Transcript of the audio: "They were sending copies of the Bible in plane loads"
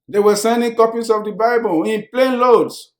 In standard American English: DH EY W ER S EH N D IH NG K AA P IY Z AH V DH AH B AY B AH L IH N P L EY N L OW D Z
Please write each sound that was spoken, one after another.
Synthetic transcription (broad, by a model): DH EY W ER S EH N D IH NG K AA P IY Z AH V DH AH B AY B AH L IH N P L EY N L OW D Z